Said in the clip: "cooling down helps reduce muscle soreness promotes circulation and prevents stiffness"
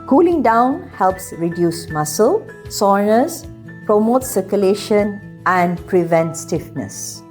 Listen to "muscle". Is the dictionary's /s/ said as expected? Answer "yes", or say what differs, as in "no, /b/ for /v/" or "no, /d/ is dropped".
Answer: yes